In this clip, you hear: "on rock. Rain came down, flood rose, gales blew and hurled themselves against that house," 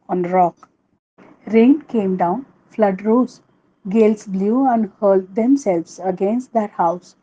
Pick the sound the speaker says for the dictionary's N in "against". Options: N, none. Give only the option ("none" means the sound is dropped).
N